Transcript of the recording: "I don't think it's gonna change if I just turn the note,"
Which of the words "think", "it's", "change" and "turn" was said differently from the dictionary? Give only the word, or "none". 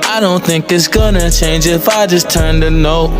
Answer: none